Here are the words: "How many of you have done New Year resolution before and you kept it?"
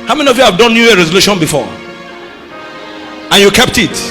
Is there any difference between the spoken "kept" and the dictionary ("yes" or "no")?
no